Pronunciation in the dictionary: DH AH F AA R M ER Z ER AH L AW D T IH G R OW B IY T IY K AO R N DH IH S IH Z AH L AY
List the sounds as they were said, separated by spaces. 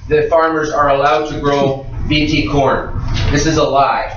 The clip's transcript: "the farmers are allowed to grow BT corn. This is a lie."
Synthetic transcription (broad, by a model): DH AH F AA R M ER Z ER AH L AW D T IH G R OW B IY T IY K AO R N DH IH S IH Z AH L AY